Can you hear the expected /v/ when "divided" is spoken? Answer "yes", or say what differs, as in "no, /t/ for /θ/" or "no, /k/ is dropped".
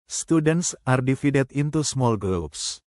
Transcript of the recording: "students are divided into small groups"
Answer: no, /f/ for /v/